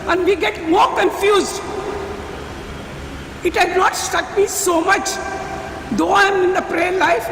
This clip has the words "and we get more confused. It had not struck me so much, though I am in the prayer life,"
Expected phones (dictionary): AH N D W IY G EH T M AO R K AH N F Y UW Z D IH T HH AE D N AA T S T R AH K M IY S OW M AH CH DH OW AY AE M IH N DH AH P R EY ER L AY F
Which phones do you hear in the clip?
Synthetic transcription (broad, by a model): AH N D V IY G EH T M AO R K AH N F Y UW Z D IH T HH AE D N AA T S T AH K M IY S OW M AH CH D OW AY M IH N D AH P R EY ER L AY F